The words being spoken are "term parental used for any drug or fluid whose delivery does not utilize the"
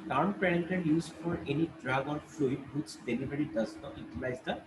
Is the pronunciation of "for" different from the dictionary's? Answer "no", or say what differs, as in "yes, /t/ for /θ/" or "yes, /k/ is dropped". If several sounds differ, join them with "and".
no